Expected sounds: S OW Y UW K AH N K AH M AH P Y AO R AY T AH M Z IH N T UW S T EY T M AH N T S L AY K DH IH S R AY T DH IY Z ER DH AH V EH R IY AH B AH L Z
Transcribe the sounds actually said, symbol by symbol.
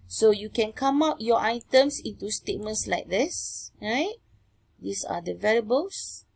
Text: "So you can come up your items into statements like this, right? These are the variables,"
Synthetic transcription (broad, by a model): S OW Y UW K AH N K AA M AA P Y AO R AY T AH M S IH N T UW S T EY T M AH N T S L AY K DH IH S R AY T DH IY S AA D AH V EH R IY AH B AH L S